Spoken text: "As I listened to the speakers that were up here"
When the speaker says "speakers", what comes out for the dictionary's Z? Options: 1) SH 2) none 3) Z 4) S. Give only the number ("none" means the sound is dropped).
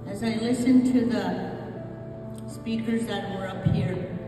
3